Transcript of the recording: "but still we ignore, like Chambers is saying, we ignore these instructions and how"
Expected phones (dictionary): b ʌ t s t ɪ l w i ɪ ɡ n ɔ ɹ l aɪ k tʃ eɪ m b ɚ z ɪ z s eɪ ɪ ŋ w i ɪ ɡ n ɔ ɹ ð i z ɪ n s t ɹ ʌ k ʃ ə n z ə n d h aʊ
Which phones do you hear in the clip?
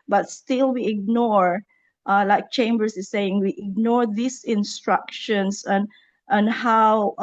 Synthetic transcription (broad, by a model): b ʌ t s t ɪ l w i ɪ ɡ n ɔ ɹ l aɪ k tʃ eɪ m b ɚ s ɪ s eɪ ɪ ŋ w i ɪ ɡ n ɔ ɹ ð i s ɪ n s t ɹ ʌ k ʃ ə n s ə n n h aʊ